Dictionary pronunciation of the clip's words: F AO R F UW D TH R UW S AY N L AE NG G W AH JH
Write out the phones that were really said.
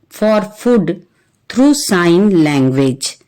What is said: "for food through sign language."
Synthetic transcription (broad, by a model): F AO R F UW D T R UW S AY N L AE NG G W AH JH